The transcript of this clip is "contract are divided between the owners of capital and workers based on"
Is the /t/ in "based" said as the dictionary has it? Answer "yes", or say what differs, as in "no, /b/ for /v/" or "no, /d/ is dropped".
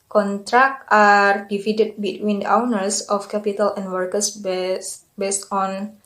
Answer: yes